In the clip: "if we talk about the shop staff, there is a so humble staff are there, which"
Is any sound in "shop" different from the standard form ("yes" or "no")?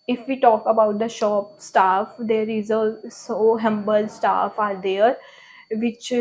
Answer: no